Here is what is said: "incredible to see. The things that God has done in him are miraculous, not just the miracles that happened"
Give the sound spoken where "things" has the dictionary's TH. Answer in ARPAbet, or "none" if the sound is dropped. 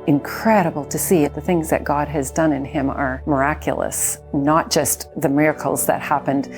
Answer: TH